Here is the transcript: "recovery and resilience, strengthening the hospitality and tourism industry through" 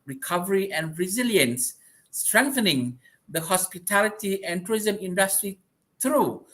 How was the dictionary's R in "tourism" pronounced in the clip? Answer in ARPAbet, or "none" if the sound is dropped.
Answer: none